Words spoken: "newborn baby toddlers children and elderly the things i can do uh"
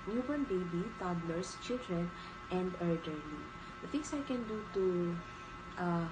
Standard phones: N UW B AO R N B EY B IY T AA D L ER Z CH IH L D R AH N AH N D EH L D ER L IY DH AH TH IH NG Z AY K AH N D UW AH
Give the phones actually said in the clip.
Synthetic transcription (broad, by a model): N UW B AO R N B EY B IY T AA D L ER S CH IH L D R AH N AH N D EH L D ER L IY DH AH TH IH NG S AY K AH N D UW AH